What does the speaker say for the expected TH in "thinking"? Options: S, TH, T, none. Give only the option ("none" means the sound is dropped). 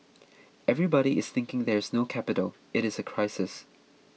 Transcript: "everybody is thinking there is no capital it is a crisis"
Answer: TH